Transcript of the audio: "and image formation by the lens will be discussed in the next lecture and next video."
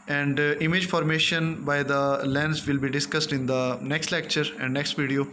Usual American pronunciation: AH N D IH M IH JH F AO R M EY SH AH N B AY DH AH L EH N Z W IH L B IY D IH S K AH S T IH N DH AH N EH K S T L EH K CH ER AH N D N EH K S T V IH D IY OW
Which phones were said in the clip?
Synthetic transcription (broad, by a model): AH N D IH M IH JH F AO R M EY SH AH N B AY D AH L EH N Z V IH L B IY D IH S K AH S T IH N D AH N EH K S T L EH K CH ER AH N D N EH K S T V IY D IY OW